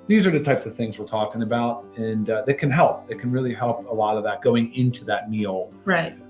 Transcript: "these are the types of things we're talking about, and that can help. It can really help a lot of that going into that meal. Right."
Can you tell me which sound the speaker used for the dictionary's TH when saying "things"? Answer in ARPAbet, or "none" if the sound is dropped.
TH